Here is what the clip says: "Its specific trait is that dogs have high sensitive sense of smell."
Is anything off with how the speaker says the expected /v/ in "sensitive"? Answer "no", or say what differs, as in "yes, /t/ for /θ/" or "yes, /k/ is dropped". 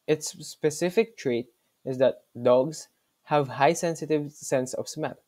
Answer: no